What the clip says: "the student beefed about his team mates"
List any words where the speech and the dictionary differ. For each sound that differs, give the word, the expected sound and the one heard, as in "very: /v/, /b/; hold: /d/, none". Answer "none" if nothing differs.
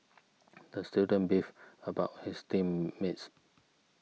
beefed: /t/, none; his: /z/, /s/